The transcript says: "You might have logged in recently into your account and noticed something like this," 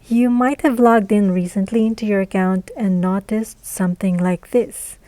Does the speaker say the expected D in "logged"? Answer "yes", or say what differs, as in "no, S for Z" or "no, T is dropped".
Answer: yes